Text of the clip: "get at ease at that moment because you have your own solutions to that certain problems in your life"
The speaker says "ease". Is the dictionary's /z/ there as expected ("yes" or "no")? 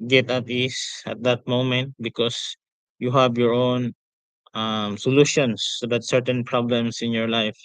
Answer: no